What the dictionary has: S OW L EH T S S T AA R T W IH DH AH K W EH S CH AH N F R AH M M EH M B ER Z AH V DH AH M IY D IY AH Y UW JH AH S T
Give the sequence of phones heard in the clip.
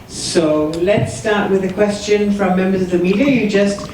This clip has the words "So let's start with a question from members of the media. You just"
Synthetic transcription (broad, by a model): S OW L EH T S S T AA R T W IH DH AH K W EH S CH AH N F R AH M M EH M B ER Z AH V DH AH M IY D IY AH Y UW JH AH S T